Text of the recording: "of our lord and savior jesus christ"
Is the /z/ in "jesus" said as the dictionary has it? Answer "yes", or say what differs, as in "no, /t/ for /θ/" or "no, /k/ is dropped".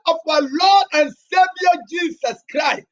no, /s/ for /z/